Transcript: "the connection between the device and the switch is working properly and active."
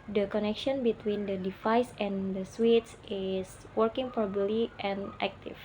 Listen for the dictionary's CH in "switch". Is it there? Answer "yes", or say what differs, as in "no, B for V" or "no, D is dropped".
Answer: no, S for CH